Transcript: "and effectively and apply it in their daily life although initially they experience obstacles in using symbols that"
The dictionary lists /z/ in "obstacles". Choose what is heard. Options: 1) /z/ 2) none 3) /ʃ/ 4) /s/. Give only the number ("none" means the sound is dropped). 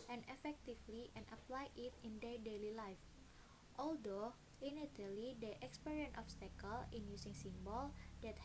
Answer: 2